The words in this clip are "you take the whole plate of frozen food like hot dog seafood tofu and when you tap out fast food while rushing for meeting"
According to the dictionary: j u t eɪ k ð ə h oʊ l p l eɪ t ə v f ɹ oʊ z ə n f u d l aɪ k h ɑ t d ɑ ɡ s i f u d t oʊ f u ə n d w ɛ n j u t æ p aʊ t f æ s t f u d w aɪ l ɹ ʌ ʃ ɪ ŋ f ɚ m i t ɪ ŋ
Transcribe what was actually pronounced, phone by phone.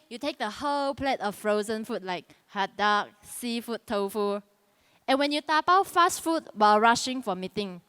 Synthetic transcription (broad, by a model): j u t eɪ k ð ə h oʊ l p l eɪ t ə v f ɹ oʊ z ə n f u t l aɪ k h ɑ t d ɑ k s i f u t oʊ f u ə n w ɛ n j u t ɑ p aʊ t f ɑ s t f u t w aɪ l ɹ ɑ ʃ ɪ ŋ f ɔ m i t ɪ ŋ